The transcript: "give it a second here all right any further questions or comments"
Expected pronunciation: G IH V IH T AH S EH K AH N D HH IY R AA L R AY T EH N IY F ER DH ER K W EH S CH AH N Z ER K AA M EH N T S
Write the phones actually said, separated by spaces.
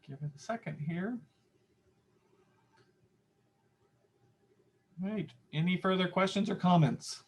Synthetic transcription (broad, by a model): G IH V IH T AH S EH K AH N D HH IY R R AY T EH N IY F ER DH ER K W EH S CH AH N Z ER K AA M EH N T S